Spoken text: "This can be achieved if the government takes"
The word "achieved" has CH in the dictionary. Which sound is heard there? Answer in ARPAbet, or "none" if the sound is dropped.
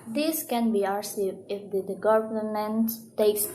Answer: S